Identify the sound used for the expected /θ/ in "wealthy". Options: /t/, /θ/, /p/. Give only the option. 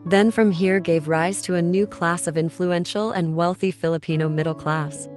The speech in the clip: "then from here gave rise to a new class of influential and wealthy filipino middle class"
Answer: /θ/